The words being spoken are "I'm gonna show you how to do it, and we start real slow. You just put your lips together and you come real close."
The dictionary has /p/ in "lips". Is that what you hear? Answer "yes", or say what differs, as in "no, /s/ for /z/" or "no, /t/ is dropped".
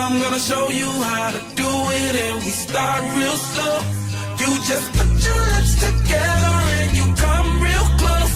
no, /p/ is dropped